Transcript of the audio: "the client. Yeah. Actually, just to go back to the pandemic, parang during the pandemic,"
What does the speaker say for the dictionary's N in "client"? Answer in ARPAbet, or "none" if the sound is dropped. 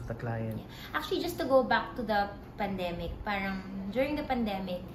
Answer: none